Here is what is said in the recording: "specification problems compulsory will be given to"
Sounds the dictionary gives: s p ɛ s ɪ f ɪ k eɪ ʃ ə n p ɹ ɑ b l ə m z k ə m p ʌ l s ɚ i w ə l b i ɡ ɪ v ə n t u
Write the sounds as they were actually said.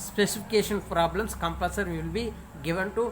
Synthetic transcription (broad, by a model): s p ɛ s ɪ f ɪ k eɪ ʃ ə n p ɹ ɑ b l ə m s k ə m p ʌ s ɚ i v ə l b i ɡ ɪ v ə n t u